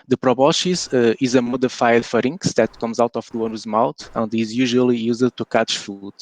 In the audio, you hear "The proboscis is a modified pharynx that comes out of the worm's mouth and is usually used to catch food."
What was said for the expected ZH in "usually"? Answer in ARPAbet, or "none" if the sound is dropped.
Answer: ZH